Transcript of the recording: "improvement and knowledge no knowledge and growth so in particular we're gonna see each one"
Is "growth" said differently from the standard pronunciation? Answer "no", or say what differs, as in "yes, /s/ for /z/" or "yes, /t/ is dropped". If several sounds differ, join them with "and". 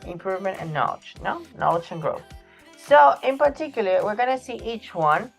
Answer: no